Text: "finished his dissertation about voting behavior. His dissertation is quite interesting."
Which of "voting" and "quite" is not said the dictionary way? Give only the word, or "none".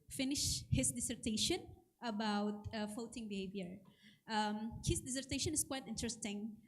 voting